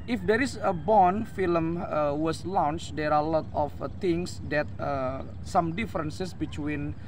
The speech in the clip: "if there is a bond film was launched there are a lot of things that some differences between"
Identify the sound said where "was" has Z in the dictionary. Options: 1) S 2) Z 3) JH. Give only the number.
1